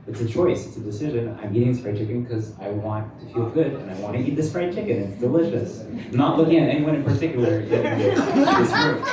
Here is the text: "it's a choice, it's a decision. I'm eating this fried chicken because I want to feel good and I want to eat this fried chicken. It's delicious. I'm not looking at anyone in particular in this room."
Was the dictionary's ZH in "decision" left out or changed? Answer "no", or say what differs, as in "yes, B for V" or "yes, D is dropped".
no